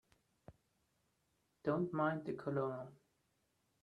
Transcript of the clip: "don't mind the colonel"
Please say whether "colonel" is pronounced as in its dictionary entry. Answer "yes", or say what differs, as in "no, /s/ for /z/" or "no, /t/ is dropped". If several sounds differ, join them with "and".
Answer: no, /l/ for /n/